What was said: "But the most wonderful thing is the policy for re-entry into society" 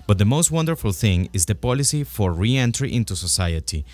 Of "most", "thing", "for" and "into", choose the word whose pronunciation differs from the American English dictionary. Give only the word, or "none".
none